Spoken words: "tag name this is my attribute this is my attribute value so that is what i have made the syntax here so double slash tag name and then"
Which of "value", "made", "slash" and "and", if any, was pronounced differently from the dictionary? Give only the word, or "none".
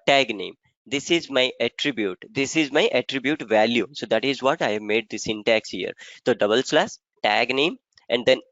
slash